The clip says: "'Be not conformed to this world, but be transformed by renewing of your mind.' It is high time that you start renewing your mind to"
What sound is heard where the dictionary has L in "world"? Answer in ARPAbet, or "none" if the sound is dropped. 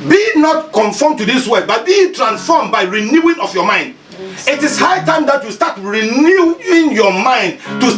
none